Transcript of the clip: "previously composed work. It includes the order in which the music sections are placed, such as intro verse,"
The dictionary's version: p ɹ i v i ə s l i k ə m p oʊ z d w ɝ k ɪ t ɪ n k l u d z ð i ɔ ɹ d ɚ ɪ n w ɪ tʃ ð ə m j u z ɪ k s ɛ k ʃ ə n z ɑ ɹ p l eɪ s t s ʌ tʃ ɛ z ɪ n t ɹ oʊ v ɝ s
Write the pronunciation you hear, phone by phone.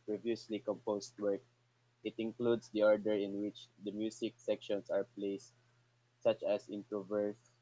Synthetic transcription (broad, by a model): p ɹ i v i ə s l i k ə m p oʊ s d w ɝ k ɪ t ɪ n k l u d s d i ɔ ɹ d ɚ ɪ n w ɪ tʃ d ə m j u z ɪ k s ɛ k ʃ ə n s ɑ ɹ p l eɪ s t s ʌ tʃ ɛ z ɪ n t ɹ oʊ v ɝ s